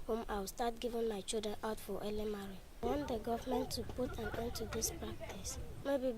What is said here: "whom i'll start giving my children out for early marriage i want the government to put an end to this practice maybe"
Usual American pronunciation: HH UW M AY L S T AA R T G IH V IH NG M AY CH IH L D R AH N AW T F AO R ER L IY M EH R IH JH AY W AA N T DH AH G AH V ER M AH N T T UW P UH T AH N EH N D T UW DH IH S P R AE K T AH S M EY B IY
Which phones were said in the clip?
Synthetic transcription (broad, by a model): HH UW M AY W S T AA T G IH V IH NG M AY CH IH L D R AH N AW T F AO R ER L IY M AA R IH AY W AA N T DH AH G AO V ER M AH N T T UW P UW T AH N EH N T UW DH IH S P R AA K T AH S M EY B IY